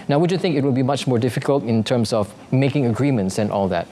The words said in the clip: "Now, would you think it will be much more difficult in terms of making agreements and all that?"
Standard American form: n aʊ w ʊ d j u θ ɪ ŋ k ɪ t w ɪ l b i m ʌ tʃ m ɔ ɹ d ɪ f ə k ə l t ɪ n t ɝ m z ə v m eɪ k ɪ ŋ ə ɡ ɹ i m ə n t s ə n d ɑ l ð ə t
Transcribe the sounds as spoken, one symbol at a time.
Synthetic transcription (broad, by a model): n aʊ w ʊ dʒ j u θ ɪ ŋ k ɪ t w ɪ l b i m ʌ tʃ m ɔ ɹ d ɪ f ə k ə l t ɪ n t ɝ m s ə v m eɪ k ɪ ŋ ə ɡ ɹ i m ə n t s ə n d ɑ l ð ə t